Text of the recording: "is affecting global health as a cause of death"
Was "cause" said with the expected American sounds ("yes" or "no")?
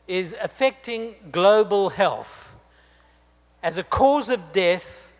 yes